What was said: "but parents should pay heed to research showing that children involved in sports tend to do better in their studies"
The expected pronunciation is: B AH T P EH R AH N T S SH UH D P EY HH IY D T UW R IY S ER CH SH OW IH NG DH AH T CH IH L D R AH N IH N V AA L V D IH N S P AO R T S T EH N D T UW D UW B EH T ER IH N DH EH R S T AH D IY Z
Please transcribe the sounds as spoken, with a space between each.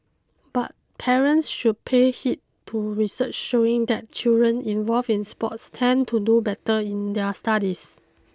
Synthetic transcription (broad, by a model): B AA T P EH R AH N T S SH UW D P EY HH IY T T UW R IY S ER CH SH OW IH NG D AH T CH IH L D R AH N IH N V AA L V IH N S P AO T S T EH N T UW D UW B EH T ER IH N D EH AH S T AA D IY S